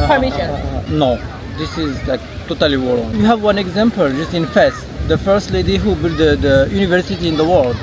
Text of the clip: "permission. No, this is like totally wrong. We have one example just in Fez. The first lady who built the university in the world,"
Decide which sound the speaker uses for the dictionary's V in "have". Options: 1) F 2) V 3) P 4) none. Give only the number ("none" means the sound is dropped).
2